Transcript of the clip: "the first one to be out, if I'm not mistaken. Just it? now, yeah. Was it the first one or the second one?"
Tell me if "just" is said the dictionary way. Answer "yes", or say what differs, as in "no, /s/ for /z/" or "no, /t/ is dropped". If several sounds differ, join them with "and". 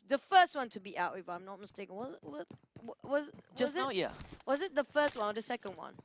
no, /z/ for /dʒ/